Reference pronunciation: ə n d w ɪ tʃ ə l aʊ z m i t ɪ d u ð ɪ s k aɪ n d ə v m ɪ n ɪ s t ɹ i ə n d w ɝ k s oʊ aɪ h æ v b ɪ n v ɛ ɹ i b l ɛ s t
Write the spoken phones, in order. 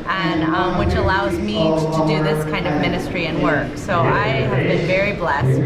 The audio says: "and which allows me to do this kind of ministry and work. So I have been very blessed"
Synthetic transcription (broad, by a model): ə n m w ɪ tʃ ə l aʊ z m i t ɪ d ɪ ð ɪ s k aɪ n d ə v m ɪ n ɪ s t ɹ i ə n w ɝ k s oʊ aɪ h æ v b ɪ n v ɛ ɹ i b l ɛ s t